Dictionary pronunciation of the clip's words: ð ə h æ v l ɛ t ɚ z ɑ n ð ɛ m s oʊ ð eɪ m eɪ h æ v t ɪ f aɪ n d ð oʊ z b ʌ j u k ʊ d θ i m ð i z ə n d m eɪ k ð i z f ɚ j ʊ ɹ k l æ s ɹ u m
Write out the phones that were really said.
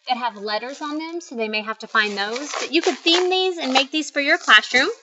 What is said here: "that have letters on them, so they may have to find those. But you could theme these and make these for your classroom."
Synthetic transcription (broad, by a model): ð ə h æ v l ɛ t ɚ z n ð ɛ m s oʊ ð eɪ m eɪ h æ f t ɪ f aɪ n ð oʊ z b ʌ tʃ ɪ k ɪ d θ i m ð i z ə n m eɪ k ð i z f ɚ j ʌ ɹ k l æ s ɹ u m